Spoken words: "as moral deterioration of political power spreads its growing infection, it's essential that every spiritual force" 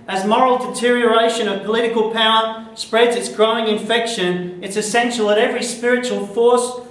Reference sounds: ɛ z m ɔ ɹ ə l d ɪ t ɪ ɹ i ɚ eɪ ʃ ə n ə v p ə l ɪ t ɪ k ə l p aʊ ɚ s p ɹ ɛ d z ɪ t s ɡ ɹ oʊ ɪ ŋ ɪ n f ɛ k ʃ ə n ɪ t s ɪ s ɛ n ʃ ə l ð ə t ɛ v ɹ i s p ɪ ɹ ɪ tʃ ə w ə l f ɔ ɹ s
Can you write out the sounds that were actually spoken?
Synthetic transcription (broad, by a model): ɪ z m ɔ ɹ l d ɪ t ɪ ɹ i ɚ eɪ ʃ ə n ə v p ə l ɪ t ɪ k ə l p aʊ ɚ s p ɹ ɛ d z ɪ t s ɡ ɹ oʊ ɪ ŋ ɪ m f ɛ k ʃ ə n ɪ t s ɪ s ɛ n ʃ l ð ə t ɛ v ɹ i s p ɪ ɹ ɪ tʃ ə w ə l f ɔ ɹ s